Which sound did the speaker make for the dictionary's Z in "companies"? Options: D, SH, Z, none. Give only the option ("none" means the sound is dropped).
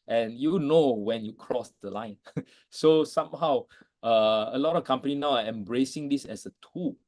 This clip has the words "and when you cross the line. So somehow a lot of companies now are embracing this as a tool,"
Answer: none